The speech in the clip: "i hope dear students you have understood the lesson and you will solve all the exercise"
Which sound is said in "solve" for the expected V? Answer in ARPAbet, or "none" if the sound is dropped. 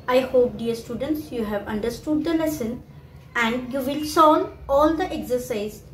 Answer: none